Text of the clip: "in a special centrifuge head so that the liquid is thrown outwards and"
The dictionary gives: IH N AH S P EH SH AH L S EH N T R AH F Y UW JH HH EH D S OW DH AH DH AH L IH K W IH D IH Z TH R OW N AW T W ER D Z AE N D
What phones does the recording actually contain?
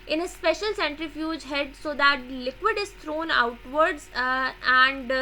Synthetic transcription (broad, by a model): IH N AH S P EH SH AH L S EH N T R AH F Y UW JH HH EH D S OW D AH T L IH K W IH D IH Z T R OW N AW T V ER D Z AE N D